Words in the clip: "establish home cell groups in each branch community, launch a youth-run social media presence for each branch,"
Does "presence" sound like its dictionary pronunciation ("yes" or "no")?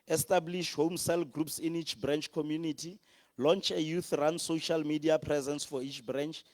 yes